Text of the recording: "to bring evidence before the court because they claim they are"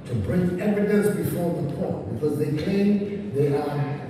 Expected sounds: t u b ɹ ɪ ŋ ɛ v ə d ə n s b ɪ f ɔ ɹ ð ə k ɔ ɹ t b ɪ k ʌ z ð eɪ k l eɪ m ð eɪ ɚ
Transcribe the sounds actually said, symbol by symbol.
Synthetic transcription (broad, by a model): t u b ɹ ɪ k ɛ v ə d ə s b ɪ f ɔ ɹ ð ə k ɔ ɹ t b ɪ k ʌ z ð eɪ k eɪ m ð eɪ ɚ